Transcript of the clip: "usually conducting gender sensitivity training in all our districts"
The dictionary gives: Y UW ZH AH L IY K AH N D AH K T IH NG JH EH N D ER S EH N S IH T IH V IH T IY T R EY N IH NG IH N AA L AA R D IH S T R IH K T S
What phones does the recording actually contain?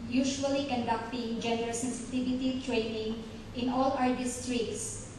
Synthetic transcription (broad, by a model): Y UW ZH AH L IY K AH N D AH K T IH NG JH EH N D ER S EH N S IH T IH V IH T IY T R EY N IH NG IH N AA L AA R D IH S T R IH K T S